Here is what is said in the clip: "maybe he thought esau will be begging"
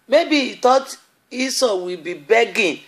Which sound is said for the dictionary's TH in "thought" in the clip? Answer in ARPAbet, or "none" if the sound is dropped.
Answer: T